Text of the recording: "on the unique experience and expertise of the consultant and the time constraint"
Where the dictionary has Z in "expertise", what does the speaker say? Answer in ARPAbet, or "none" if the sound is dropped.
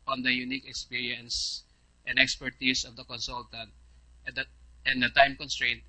S